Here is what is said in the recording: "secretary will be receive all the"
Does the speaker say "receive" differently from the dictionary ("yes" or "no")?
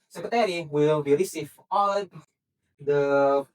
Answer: yes